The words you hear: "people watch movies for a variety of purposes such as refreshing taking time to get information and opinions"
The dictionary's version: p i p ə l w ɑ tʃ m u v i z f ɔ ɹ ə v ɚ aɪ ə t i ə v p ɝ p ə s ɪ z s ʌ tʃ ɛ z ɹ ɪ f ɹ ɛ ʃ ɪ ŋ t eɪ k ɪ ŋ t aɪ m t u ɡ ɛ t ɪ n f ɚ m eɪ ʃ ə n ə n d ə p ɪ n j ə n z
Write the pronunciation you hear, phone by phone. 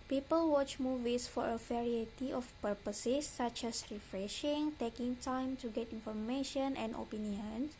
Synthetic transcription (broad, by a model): p i p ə l w ɑ tʃ m u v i s f ɔ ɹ ə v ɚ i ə t i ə f p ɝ p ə s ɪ s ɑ tʃ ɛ s ɹ ɪ f ɹ ɛ ʃ ɪ ŋ t eɪ k ɪ ŋ t aɪ m t u ɡ ɛ t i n f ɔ m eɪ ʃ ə n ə n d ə p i n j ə n